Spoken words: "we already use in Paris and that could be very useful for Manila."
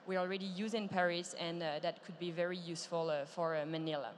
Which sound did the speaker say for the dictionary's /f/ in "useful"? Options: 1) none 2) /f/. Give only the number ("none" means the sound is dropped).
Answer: 2